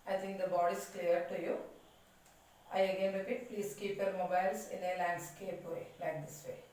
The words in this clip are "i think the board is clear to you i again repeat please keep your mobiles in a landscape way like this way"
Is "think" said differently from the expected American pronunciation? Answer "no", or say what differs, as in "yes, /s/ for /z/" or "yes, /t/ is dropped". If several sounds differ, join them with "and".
yes, /t/ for /θ/